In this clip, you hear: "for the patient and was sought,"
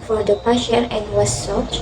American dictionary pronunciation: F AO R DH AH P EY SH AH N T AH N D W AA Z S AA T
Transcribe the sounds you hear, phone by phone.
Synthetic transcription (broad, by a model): F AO R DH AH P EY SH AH T AH N D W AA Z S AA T